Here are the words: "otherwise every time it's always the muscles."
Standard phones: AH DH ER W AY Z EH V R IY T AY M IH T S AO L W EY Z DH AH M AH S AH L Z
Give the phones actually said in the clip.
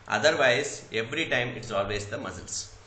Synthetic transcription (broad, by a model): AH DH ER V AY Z EH V R IY T AY M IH T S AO L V EY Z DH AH M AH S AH L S